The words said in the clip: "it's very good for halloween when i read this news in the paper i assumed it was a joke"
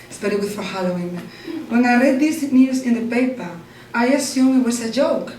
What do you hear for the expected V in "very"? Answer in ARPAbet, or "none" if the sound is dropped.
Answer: B